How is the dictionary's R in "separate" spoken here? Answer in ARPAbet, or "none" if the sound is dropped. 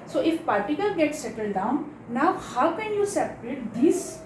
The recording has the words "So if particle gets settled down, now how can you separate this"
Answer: R